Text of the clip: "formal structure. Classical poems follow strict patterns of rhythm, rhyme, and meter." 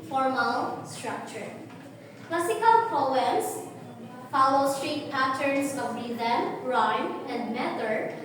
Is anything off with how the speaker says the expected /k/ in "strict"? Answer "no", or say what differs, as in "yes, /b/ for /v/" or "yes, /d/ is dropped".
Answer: yes, /k/ is dropped